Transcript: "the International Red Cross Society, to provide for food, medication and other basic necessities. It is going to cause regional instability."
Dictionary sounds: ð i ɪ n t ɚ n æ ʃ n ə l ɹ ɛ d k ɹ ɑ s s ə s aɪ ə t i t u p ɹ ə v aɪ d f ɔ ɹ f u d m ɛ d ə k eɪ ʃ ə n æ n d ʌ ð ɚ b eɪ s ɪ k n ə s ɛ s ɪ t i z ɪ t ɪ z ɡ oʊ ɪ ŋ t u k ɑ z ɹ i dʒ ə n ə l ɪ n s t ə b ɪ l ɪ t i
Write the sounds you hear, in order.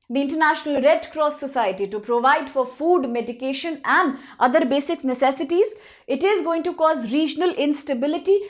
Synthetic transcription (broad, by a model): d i ɪ n t ɚ n æ ʃ n ə l ɹ ɛ d k ɹ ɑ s s ə s aɪ ə t i t u p ɹ ə v aɪ d f ɔ ɹ f u d m ɛ d ə k eɪ ʃ ə n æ n d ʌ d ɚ b eɪ s ɪ k n ə s ɛ s ɪ t i z ɪ t ɪ z ɡ oʊ ɪ ŋ t u k ɑ z ɹ i dʒ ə n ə l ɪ n s t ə b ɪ l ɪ t i